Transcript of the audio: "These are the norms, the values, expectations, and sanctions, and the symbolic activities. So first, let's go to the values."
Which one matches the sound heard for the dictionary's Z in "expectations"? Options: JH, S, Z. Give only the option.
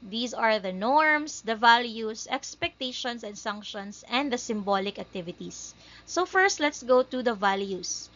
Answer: S